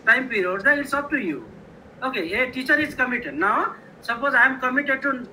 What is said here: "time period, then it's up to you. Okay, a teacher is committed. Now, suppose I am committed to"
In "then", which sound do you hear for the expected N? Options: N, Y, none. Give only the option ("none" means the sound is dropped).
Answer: none